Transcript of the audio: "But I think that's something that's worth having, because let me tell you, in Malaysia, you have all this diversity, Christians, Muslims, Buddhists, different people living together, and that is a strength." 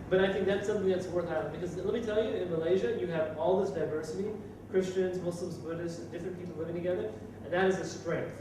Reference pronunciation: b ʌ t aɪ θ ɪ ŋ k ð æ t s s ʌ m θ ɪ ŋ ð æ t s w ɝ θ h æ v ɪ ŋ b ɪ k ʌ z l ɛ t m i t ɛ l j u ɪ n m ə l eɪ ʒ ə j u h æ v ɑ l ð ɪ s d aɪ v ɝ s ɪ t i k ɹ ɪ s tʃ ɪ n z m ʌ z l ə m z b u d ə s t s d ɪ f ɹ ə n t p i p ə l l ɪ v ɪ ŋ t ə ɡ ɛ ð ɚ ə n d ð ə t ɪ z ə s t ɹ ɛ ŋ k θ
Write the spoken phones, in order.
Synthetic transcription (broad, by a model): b ʌ t aɪ θ ɪ ŋ k ð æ t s s ʌ m θ ɪ ŋ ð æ t s w ɝ θ h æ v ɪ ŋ b ɪ k ʌ z l ɛ t m i t ɛ l j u ɪ n m ə l eɪ ʒ ə j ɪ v ɑ l ð ɪ s d aɪ v ɝ s ɪ t i k ɹ ɪ s tʃ ɪ n z m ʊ s l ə m z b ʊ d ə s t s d ɪ f ɹ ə n p i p l l ɪ v ɪ ŋ t ə ɡ ɛ ð ɚ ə n ð ə t ɪ z ə s t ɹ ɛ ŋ k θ